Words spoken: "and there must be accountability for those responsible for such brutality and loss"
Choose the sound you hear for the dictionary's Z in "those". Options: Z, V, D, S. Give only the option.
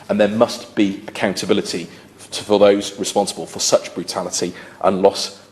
Z